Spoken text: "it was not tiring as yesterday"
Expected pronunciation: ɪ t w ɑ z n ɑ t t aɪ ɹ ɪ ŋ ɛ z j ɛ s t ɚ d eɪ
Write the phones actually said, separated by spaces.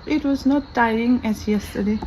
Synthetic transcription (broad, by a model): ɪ t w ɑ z n ɑ t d aɪ ɪ ŋ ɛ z j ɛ s t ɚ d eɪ